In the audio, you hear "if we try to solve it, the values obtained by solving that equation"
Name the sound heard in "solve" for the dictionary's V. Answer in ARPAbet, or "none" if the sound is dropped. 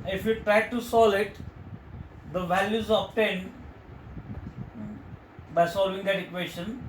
none